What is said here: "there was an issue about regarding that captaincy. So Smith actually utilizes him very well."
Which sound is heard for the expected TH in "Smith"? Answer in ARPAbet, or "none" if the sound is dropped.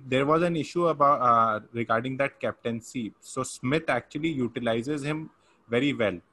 T